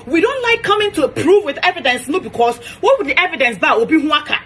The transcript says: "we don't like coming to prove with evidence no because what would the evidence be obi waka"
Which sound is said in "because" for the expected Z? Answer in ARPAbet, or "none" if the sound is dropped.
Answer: S